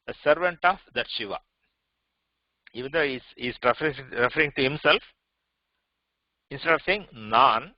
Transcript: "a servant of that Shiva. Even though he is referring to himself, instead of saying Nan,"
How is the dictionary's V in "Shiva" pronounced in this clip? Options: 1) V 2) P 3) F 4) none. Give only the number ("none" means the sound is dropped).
1